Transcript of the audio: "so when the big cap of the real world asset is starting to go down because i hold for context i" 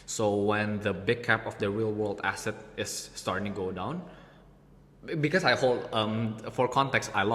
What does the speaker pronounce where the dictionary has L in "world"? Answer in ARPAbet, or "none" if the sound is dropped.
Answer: L